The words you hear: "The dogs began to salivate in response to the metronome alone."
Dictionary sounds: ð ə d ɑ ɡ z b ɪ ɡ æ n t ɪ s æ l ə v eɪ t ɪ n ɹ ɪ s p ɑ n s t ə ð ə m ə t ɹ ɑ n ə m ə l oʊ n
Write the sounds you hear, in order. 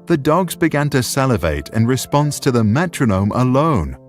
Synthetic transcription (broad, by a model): ð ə d ɑ ɡ z b ɪ ɡ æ n t ɪ s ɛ l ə v eɪ t ɪ n ɹ ɪ s p ɑ n s t ə ð ə m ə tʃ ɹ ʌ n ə m ə l oʊ n